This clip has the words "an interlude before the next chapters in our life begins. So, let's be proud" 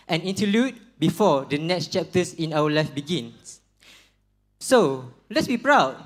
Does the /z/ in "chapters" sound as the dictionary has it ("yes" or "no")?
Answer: no